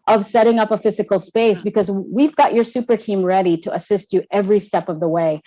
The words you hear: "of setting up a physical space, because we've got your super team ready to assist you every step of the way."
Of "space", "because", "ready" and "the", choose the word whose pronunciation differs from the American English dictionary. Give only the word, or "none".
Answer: none